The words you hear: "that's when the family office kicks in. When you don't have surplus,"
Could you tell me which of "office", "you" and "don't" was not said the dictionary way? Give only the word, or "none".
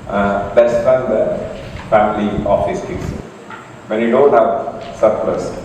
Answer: none